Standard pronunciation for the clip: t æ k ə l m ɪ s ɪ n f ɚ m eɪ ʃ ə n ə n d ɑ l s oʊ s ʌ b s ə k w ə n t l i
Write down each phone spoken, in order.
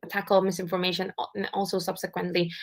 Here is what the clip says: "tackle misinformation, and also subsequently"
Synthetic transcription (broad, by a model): t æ k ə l m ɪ s ɪ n f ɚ m eɪ ə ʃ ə n ɑ l s oʊ s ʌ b s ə k w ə n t l i